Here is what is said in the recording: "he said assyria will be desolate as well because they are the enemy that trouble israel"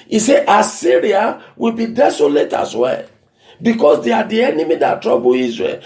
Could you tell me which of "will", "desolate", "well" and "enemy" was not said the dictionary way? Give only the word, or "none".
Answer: none